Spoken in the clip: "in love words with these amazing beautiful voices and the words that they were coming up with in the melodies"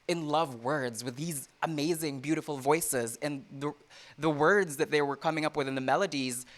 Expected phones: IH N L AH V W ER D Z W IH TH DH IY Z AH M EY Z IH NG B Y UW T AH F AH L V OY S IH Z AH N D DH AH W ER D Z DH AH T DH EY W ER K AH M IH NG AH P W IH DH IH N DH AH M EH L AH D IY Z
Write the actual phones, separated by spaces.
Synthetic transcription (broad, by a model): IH N L AH V W ER D Z W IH DH IY Z AH M EY Z IH NG B Y UW T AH F L V OY S IH Z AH N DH DH AH W ER D Z DH AH T DH EY W ER K AH M IH NG AH P W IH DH IH N DH AH M EH L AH D IY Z